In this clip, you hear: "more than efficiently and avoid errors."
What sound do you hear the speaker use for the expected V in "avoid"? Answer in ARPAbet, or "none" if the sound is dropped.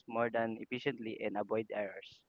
B